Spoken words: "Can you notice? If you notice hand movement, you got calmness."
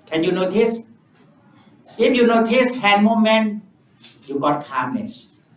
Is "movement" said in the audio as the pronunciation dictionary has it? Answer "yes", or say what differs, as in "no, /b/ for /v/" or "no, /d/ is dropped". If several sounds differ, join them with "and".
no, /v/ is dropped